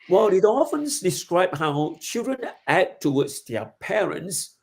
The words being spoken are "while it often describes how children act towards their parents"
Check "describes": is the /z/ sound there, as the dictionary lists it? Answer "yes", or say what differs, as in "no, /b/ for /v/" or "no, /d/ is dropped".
no, /z/ is dropped